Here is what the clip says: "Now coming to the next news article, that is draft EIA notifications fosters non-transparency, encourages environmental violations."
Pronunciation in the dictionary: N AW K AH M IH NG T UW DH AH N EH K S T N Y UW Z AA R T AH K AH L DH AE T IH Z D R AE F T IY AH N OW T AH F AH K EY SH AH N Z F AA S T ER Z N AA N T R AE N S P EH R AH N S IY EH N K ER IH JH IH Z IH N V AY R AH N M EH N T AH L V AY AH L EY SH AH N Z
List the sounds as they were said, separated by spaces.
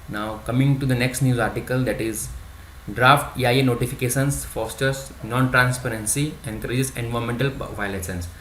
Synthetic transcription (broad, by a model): N AW K AH M IH NG T UW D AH N EH K S T N Y UW Z AA R T AH K AH L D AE T IH Z D R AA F T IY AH N OW T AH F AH K EY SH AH N S F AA S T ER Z N AA N T R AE N S P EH R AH N S IY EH N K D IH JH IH S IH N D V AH M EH N T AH L V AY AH L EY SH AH N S